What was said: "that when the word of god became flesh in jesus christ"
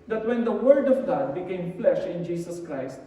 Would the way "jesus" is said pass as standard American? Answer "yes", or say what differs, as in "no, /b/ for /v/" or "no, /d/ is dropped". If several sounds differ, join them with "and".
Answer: no, /s/ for /z/